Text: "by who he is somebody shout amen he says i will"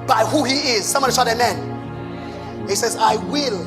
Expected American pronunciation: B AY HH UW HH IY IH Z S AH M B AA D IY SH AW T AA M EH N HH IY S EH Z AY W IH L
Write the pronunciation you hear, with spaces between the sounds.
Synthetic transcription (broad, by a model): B AY HH UW HH IY IH Z S AH M B AA D IY S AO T AA M EH N HH IY S EH Z AY W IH L